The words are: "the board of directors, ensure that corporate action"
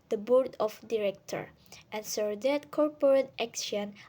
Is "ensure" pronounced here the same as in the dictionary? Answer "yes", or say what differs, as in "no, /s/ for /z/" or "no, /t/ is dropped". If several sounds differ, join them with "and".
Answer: no, /s/ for /ʃ/